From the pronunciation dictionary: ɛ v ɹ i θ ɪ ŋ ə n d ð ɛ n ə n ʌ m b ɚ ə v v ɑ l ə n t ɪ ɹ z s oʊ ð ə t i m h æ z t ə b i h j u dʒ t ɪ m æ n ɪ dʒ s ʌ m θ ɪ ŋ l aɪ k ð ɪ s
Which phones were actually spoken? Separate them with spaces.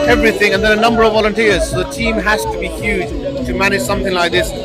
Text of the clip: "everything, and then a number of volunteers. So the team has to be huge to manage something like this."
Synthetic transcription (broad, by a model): ɛ v ɹ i θ ɪ ŋ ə n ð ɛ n ə n ʌ m b ɚ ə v v ɑ l ə n t ɪ ɹ z s oʊ ð ə t i m h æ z t ə b i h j u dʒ t ɪ m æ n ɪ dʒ s ʌ m θ ɪ ŋ l aɪ k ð ɪ s